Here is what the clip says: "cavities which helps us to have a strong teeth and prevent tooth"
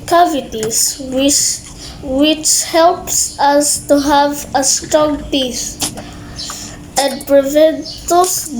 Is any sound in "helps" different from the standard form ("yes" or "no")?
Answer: no